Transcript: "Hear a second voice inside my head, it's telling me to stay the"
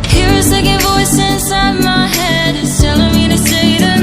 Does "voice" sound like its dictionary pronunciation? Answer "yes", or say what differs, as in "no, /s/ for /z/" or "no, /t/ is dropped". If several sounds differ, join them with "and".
yes